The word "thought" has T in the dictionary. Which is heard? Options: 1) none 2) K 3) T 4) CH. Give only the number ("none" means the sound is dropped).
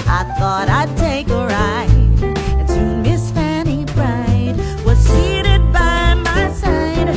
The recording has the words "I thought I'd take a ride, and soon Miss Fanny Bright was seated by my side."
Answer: 3